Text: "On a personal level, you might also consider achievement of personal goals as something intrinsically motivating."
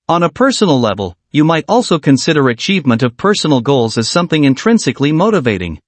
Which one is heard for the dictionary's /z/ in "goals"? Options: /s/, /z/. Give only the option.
/z/